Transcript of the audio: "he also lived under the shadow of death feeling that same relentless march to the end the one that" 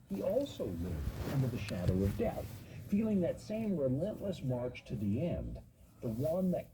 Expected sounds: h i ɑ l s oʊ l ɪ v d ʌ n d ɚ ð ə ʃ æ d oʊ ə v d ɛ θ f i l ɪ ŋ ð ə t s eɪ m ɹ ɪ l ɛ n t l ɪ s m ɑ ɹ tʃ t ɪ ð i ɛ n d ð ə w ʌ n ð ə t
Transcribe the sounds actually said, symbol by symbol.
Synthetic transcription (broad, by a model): h i ɑ l s oʊ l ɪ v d ʌ n d ɚ ð ə ʃ æ d oʊ ə v d ɛ θ f i l ɪ ŋ ð ə t s eɪ m ɹ ɪ l ɛ n t l ɪ s m ɑ ɹ tʃ t ɪ ð i ɛ n ð ə w ʌ n ð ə t